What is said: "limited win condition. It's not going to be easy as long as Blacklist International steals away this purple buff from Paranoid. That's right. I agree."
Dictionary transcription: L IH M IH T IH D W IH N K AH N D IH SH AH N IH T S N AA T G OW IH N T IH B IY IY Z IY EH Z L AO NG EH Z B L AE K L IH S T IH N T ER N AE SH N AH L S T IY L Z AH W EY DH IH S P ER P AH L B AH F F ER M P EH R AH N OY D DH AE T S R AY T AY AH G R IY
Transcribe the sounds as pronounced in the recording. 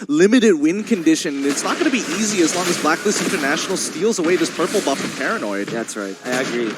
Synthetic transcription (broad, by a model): L IH M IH T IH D W IH N K AH N D IH SH AH N IH T S N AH T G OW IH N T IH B IY IY Z IY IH Z L AO NG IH Z B L AE K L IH S IH N T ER N AE SH N L S T IY L Z AH W EY DH IH S P ER P L B AH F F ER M P EH R AH N OY D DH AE T S R AY T AY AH G R IY